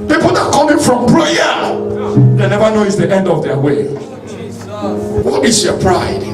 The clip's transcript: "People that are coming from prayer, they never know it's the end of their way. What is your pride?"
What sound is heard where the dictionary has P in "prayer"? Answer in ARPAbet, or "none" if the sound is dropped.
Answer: B